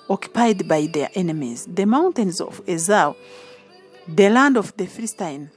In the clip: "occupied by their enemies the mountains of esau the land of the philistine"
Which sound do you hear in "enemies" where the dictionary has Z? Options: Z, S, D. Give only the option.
Z